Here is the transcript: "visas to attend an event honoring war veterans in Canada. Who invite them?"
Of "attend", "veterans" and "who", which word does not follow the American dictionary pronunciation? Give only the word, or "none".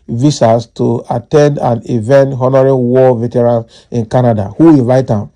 veterans